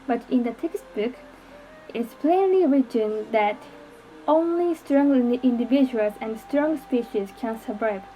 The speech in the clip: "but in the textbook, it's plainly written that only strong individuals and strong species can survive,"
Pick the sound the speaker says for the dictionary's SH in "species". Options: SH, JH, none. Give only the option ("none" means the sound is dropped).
SH